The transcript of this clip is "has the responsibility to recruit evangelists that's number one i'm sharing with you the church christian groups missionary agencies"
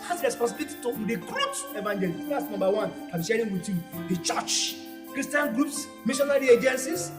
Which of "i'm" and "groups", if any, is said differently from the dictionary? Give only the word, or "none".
none